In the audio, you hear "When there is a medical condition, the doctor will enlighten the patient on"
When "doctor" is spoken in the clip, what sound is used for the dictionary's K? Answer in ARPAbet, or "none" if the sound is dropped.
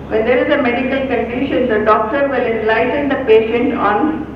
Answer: K